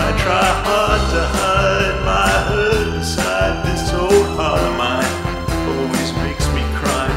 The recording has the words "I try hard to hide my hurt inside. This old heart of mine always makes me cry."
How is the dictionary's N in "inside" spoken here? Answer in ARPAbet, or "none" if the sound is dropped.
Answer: none